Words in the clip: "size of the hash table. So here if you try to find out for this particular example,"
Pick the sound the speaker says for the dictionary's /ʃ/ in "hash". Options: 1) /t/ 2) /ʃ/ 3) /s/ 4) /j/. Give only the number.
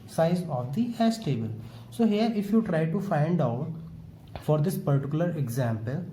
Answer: 3